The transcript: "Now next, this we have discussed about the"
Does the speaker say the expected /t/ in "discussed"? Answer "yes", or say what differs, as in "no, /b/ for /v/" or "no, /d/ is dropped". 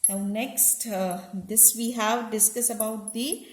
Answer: no, /t/ is dropped